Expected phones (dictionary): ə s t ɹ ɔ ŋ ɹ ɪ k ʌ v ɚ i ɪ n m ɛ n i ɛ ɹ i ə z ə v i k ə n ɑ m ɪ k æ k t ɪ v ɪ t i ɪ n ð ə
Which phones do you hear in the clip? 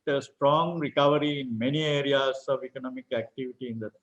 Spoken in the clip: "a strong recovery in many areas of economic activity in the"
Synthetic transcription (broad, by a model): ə s t ɹ ɔ ŋ ɹ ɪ k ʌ v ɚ i ɪ n m ɛ n i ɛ ɹ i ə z ə v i k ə n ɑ m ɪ k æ k t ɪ v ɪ t i ɪ n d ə